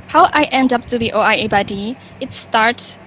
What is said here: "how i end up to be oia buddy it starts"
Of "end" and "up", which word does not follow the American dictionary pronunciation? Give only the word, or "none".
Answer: none